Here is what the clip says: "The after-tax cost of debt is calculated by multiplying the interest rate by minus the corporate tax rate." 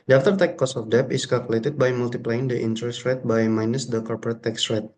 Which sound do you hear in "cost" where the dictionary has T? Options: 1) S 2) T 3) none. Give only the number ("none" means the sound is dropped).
3